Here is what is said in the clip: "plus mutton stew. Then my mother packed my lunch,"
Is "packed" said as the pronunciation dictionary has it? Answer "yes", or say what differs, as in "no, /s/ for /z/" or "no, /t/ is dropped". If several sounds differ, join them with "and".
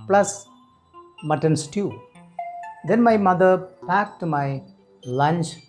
yes